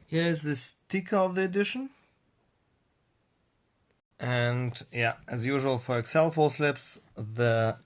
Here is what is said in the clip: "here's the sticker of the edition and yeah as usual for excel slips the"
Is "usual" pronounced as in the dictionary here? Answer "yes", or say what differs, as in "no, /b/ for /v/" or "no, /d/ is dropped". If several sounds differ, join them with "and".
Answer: yes